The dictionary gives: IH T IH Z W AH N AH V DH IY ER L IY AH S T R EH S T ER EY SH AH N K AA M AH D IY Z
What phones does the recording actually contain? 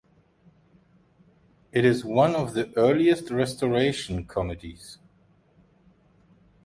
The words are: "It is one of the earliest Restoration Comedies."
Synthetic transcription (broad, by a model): IH T IH Z W AH N AH V DH IY ER L IY AH S T R EH S T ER EY SH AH N K AA M AH D IY Z